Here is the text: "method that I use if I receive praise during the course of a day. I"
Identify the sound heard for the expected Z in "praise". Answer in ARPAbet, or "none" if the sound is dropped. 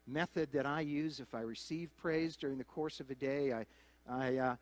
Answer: Z